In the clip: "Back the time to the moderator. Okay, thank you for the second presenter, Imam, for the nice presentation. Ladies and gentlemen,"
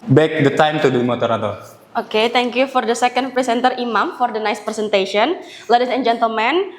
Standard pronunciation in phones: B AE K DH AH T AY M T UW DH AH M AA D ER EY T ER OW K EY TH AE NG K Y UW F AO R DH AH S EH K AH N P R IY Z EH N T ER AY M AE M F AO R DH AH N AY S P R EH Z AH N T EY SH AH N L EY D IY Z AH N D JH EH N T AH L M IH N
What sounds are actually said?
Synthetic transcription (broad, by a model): B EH K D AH T AY M T UW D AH M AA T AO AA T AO OW K EY T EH NG K Y UW F AO R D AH S EH K AH N P R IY S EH N T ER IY M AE M F AO R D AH N AY S P R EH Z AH N T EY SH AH N L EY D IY S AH N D JH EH N T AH L M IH N